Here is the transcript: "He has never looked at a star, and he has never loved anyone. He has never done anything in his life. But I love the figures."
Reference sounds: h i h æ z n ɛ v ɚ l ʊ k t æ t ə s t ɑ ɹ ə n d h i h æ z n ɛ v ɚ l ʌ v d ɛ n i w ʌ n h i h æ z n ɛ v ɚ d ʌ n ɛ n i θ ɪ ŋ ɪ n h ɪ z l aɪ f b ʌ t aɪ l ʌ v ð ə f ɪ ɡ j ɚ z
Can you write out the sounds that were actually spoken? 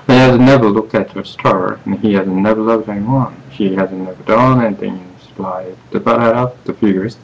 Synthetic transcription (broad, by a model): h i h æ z n ɛ v ɚ l ʊ k t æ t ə s t ɑ ɹ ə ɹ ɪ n i h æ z n ɛ v ɚ l ʌ v d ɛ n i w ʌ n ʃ i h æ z n ɛ v ɚ d ʌ n ɛ n i θ ɪ ŋ ɪ n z l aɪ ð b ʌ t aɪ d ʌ p ð ə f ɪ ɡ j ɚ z